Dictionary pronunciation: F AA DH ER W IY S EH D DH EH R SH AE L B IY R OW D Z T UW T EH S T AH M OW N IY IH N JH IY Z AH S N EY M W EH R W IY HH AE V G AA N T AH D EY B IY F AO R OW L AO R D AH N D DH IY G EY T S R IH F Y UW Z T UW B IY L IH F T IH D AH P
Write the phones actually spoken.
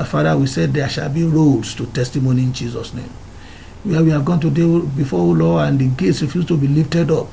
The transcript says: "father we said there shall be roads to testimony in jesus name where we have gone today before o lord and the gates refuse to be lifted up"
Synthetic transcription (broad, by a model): F AA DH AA W IY S EH D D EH SH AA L B IY R OW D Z T UW T EH S T AH M OW N IY IH N JH IY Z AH S N EY M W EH W IY HH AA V G AA N T AH D EY B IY F AO OW L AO AH N D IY G EY T S R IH F Y UW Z T UW B IY L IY F T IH D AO P